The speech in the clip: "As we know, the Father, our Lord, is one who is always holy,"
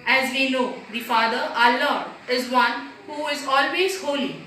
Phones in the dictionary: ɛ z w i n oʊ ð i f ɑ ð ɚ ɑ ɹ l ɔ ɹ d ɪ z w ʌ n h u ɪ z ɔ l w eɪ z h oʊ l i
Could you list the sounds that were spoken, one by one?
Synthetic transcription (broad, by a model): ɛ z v i n oʊ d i f ɑ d ɚ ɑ l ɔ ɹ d ɪ z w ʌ n h u ɪ z ɔ l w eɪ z h oʊ l i